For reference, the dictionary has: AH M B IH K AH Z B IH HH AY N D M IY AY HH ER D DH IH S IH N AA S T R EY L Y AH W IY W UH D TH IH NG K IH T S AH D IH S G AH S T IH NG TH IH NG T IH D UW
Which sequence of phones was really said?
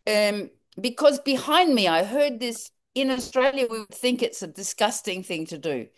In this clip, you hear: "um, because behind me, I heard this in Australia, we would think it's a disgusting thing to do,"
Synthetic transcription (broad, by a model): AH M B IH K AH Z B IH HH AY N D M IY AY HH ER D DH IH S IH N AA S T R EY L Y AH W IY W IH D TH IH NG K IH T S AH D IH S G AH S T IH NG TH IH NG T IH D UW